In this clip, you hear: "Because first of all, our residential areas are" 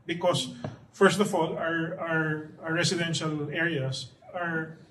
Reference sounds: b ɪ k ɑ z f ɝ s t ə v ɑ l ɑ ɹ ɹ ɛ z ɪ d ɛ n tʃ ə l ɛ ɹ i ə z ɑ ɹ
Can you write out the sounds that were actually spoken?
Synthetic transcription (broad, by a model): b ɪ k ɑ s f ɝ s t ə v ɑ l ɑ ɹ ɹ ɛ s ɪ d ɛ n ʃ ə l ɛ ɹ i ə s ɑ ɹ